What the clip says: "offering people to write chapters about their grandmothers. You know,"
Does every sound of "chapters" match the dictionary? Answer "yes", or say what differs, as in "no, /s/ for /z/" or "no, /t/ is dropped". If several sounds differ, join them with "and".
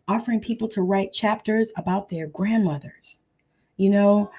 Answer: yes